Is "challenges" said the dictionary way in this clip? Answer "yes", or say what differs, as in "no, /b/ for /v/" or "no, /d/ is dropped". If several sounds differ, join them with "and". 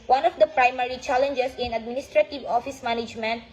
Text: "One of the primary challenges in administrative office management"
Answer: no, /s/ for /z/